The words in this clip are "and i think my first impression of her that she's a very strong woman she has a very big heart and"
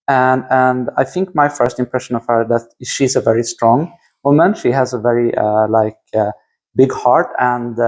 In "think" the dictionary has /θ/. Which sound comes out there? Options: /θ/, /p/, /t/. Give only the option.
/θ/